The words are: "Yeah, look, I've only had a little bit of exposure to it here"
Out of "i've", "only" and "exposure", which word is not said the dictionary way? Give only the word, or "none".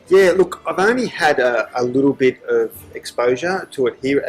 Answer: none